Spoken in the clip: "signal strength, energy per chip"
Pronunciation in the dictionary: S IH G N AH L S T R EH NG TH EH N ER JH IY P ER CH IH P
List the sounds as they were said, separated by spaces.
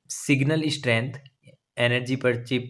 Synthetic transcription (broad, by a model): S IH G N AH L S T R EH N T EH N ER JH IY P ER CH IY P